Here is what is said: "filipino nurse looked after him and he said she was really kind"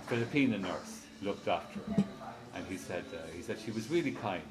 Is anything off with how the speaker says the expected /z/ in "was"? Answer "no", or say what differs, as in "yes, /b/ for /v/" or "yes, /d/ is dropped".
no